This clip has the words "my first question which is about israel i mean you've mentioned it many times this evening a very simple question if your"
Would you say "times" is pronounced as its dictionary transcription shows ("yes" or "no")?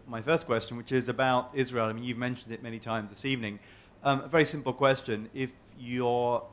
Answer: yes